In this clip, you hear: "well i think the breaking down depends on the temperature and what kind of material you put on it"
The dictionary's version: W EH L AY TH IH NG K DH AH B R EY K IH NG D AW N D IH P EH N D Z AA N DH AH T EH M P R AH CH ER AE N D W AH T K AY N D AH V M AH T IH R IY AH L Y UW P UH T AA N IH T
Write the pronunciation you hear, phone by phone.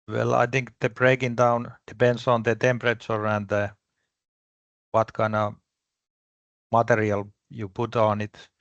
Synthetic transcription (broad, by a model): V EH L AY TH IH NG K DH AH B R EY K IH NG D AW N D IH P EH N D S AA N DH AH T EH M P R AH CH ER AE N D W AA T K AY N AH M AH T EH R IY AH L Y UW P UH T AA N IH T